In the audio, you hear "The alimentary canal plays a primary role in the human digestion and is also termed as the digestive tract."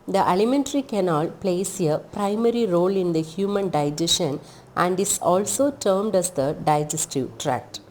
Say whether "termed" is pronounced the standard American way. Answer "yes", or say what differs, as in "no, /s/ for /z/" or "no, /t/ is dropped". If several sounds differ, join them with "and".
yes